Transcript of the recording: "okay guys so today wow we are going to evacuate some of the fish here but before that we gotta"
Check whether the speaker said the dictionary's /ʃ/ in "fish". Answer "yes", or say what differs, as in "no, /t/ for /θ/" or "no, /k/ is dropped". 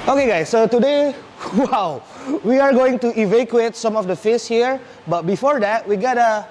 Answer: no, /s/ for /ʃ/